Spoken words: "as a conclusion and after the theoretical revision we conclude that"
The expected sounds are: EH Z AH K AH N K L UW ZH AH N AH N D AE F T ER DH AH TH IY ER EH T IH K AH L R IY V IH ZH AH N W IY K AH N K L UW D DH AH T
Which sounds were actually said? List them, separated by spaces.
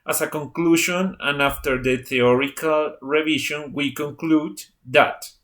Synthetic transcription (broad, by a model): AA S AH K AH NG K L UW SH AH N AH N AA F T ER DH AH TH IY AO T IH K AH L R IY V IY SH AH N W IY K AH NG K L UW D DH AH T